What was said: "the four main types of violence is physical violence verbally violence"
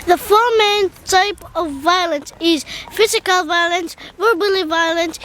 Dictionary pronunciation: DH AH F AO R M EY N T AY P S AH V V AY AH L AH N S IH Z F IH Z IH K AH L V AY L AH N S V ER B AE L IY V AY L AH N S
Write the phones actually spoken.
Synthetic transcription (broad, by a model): DH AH F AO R M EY N T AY P AH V V AY AH L AH N S IH Z F IH Z IH K AH L V AY L AH N S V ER B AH L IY V AY L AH N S